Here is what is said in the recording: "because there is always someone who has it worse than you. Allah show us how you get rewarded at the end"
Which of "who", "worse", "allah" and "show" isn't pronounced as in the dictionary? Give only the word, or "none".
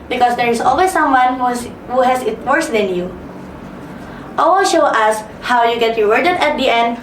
allah